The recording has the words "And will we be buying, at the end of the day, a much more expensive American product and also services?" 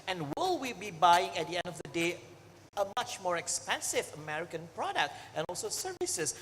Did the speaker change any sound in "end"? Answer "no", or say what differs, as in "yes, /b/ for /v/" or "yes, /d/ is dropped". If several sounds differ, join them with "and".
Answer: no